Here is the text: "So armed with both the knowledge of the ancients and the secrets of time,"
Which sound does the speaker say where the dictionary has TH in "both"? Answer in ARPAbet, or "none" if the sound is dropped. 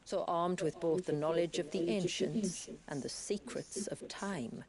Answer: TH